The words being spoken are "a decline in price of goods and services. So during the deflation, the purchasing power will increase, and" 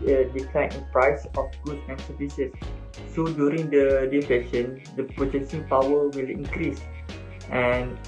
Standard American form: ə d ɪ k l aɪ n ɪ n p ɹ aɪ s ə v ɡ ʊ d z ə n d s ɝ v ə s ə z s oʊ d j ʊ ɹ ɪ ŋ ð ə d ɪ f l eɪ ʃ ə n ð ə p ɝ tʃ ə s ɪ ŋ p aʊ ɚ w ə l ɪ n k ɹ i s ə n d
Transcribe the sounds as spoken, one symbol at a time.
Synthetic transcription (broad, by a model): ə d ɪ k l aɪ n ɪ n p ɹ aɪ s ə f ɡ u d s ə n s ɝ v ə s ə s oʊ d j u ɹ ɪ ŋ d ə d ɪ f eɪ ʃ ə n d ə p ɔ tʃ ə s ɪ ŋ p aʊ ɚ w ə l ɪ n k ɹ i s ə n